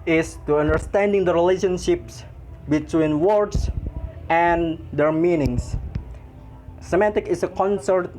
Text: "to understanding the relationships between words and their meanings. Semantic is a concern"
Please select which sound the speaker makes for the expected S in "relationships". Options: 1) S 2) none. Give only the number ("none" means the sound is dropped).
1